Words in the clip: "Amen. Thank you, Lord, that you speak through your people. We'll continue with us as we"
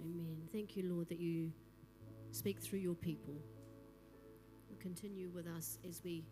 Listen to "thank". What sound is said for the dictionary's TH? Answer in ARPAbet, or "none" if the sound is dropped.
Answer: TH